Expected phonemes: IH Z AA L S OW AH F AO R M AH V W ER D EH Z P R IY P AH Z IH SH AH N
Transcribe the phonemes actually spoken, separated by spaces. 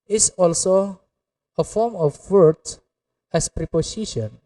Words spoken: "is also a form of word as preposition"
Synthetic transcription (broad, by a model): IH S AA L S OW AH F AO R M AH F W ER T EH S P R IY P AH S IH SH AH N